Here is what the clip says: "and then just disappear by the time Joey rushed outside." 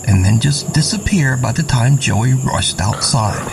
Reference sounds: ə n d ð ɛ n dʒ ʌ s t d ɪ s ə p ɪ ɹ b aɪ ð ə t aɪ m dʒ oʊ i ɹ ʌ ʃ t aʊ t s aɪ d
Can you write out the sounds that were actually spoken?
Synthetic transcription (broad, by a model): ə n ð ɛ n dʒ ʌ s d ɪ s ə p ɪ ɹ b aɪ ð ə t aɪ m dʒ oʊ i ɹ ʌ ʃ t aʊ t s aɪ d